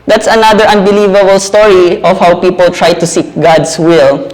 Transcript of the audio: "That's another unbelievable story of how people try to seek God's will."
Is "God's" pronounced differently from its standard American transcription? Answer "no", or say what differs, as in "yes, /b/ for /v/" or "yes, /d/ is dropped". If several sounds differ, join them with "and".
yes, /s/ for /z/